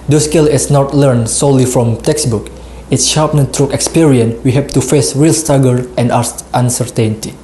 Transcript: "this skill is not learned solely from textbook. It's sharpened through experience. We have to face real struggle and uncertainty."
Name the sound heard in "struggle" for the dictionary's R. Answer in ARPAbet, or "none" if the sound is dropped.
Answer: none